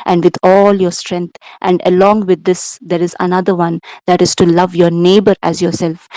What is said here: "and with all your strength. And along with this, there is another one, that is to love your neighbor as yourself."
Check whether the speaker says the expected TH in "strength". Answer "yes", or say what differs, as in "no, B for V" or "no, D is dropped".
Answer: no, T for TH